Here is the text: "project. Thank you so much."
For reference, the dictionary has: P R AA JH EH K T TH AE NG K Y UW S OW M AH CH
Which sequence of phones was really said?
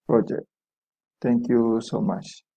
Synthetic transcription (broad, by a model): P R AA JH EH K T T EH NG K Y UW S OW M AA CH